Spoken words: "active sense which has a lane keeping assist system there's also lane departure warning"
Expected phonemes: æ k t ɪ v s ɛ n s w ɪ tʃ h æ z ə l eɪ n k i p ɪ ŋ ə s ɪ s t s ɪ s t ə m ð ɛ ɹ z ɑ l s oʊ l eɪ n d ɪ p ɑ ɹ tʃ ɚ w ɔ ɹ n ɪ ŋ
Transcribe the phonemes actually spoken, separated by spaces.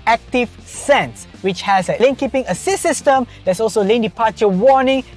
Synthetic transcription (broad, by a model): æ k t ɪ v s ɛ n s w ɪ tʃ h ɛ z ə l eɪ n k i p ɪ ŋ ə s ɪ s s ɪ s t ə m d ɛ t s ɑ l s oʊ l eɪ n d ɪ p ɑ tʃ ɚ w ɔ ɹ n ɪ ŋ